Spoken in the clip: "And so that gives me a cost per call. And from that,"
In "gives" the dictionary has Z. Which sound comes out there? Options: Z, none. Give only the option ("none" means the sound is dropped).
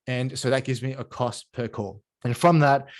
Z